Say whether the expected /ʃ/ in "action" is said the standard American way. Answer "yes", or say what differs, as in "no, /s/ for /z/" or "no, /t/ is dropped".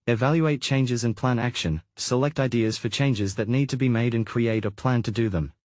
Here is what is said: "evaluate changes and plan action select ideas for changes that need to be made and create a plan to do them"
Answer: yes